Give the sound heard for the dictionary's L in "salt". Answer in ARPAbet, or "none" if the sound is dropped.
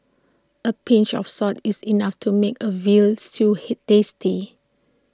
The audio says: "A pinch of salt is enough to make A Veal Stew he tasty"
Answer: none